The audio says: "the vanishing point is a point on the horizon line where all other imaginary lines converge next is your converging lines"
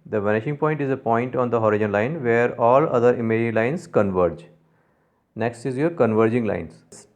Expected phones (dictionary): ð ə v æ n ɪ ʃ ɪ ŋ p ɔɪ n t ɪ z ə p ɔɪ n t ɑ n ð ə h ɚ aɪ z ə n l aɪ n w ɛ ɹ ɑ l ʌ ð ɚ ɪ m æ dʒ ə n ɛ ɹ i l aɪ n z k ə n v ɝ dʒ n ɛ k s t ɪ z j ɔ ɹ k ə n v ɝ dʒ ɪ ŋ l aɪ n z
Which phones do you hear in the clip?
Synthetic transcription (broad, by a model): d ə v æ n ɪ ʃ ɪ ŋ p ɔɪ n t ɪ z ə p ɔɪ n t ɑ n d ə h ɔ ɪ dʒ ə n l aɪ n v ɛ ɹ ɑ l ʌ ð ɚ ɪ m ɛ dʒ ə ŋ l aɪ n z k ə n v ɝ dʒ n ɛ k s t ɪ z j ɔ ɹ k ə n v ɝ dʒ ɪ ŋ l aɪ n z